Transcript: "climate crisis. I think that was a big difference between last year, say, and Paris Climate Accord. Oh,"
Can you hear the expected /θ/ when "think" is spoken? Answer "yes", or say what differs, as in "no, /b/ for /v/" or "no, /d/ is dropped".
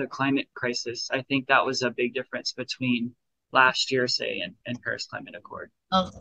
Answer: yes